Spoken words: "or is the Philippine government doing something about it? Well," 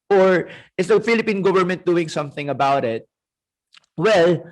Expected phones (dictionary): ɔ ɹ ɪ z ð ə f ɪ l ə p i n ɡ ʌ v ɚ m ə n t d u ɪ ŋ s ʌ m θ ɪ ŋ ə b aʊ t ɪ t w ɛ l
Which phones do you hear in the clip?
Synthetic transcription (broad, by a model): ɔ ɹ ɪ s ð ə f ɪ l ə p i n ɡ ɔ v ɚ m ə n t d u ɪ ŋ s ʌ m θ ɪ ŋ ə b aʊ t ɪ t w ɛ l